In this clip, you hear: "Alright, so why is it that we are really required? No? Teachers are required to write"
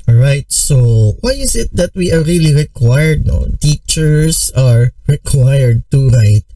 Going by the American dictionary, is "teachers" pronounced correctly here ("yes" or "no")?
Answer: no